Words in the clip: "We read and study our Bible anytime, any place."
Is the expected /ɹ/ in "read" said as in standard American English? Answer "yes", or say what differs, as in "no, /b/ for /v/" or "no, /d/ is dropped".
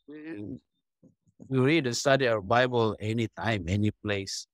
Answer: no, /w/ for /ɹ/